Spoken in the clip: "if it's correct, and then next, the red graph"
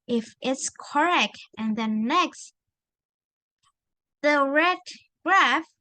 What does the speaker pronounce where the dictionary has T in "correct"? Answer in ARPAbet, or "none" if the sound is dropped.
T